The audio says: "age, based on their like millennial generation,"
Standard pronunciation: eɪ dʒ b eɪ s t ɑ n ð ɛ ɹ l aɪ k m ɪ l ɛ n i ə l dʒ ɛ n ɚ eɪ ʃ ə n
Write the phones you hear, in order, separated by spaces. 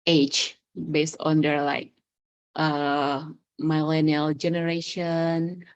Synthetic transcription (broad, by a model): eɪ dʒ b eɪ s t ɑ n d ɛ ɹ l aɪ k m ɪ l ɛ n i ə l dʒ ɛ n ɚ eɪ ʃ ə n